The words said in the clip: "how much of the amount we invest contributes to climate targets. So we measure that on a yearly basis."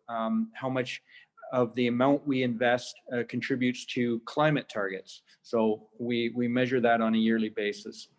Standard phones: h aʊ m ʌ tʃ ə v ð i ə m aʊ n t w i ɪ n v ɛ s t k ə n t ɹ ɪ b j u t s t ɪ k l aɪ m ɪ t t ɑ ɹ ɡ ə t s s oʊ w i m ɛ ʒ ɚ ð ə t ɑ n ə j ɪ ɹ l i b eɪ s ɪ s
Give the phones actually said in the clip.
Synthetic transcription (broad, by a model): h aʊ m ʌ tʃ ə v ð i ə m aʊ n t w i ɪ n v ɛ s t k n t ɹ ɪ b j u t s t ɪ k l aɪ m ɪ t t ɑ ɹ ɡ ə t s s oʊ w i m ɛ ʒ ɚ ð ə t n ə j ɪ ɹ l i b eɪ s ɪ s